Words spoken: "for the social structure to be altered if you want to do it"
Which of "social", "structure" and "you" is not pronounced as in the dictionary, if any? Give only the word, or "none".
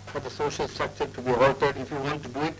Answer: structure